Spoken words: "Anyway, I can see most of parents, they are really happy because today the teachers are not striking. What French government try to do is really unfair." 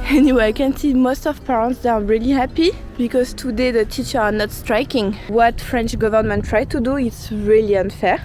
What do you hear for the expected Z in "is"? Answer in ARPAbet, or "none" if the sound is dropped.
S